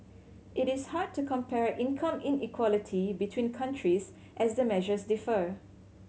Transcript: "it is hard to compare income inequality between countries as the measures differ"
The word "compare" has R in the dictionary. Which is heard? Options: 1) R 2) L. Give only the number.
1